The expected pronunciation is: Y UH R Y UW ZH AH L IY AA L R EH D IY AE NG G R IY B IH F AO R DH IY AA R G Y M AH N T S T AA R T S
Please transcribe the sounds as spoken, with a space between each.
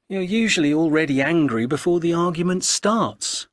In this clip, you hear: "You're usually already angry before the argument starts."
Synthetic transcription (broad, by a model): Y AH R Y UW ZH AH L IY AA L R EH D IY AE NG G R IY B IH F AO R DH IY AA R G Y M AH N T S T AA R T S